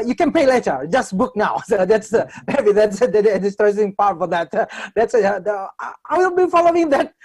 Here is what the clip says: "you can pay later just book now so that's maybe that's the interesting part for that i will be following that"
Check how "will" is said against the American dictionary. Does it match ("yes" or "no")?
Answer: no